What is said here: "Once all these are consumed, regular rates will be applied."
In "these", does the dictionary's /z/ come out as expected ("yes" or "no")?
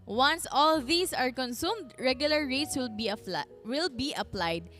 no